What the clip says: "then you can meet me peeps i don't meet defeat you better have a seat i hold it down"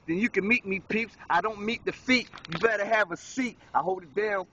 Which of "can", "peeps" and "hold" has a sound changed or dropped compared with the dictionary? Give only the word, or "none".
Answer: none